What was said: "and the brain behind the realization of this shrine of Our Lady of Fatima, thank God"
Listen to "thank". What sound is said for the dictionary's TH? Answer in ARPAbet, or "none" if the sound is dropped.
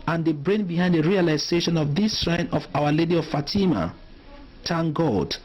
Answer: T